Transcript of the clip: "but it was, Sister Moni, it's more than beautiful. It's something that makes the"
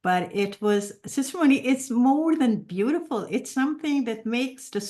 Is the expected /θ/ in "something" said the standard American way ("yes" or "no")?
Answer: yes